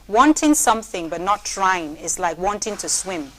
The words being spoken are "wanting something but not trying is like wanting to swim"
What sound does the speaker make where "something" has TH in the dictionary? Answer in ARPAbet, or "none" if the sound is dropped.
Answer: TH